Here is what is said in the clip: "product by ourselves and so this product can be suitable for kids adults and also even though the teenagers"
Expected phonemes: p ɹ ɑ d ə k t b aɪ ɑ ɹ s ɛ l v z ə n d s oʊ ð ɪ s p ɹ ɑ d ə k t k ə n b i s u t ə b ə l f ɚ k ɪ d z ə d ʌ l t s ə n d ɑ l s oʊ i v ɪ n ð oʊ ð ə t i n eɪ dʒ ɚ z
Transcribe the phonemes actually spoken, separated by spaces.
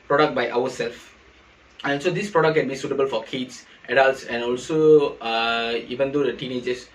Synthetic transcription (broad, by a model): p ɹ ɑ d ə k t b aɪ ɑ w s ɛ l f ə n s oʊ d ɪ s p ɹ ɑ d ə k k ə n b i s u t ə b ə l f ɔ k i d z ə d ʌ l t s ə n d ɑ l s oʊ i v ɪ n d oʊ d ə t i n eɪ dʒ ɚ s